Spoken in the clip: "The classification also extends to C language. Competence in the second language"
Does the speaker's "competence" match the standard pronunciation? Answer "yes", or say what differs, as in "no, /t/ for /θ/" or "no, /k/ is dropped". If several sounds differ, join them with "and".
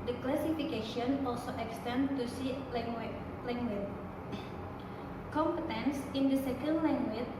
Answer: yes